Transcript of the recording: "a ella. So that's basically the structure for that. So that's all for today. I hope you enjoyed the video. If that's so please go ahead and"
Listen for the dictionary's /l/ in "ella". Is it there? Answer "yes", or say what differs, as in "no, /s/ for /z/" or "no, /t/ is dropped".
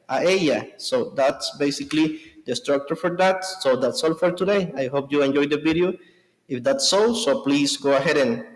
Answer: no, /l/ is dropped